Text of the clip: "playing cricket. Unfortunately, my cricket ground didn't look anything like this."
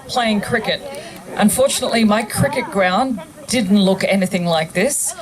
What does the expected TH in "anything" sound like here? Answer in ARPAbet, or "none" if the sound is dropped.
TH